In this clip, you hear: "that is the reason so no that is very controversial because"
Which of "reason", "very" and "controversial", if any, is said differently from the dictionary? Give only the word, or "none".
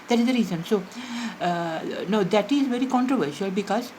none